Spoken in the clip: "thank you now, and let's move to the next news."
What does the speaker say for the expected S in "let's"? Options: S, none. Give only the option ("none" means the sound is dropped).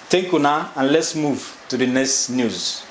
S